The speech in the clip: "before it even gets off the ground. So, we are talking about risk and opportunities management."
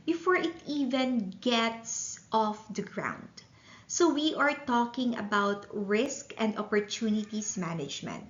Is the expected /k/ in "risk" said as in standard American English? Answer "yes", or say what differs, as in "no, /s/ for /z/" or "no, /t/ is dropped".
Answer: yes